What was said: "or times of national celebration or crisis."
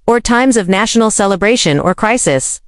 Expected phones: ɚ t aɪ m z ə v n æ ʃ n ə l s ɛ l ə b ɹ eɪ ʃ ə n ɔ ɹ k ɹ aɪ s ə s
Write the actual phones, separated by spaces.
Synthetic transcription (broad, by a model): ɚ t aɪ m z ə v n æ ʃ n l s ɛ l ə b ɹ eɪ ʃ ə n ɔ ɹ k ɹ aɪ s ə s